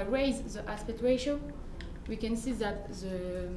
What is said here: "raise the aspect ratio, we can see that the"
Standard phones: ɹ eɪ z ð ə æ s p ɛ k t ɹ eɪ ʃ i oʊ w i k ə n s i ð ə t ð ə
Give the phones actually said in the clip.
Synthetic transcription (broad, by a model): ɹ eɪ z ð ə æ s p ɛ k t w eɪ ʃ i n w i k ə n s i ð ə t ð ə